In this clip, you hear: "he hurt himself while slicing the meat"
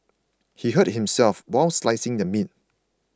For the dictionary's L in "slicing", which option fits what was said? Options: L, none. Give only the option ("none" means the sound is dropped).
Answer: L